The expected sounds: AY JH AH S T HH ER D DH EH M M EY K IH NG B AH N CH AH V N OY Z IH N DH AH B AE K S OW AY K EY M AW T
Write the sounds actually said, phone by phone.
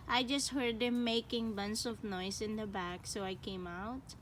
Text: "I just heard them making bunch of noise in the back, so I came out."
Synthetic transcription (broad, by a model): AY JH AH S T HH ER D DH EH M M EY K IH NG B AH N S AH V N OY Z IH N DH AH B AE K S OW AY K EY M AW T